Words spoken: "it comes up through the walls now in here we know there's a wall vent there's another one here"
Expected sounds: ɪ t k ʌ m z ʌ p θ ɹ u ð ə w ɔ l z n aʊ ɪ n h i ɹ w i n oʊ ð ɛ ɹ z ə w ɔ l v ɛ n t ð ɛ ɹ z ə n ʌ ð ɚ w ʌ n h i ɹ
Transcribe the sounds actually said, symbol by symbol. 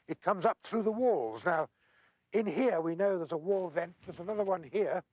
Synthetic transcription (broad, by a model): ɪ t k ʌ m z ʌ p θ ɹ u ð ə w ɔ l z n aʊ ɪ n h i ɹ w i n oʊ ð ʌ ɹ z ə w ɔ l v ɛ n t ð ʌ ɹ z ə n ʌ ð ɚ w ʌ n h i ɹ